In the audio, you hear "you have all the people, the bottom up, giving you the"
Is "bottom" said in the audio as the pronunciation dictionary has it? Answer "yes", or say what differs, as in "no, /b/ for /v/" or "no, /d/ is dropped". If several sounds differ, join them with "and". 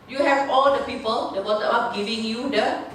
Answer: no, /m/ is dropped